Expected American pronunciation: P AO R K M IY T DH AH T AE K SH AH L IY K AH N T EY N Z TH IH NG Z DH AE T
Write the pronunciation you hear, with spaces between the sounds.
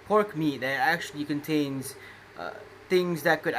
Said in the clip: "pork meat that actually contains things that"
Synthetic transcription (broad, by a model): P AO R K M IY T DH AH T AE K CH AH L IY K AH N T EY N Z TH IH NG Z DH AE T